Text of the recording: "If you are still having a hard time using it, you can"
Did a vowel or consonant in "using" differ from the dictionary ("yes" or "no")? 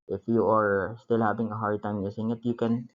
yes